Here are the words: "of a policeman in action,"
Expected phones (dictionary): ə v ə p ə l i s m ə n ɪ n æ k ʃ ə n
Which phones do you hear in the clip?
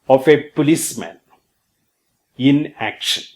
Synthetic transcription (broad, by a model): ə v ə p ə l i s m ə n ɪ n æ k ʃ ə n